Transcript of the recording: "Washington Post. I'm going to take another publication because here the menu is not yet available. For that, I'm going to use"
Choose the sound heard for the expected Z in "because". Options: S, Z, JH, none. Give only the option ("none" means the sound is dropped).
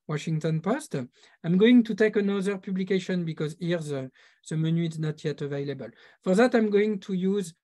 Z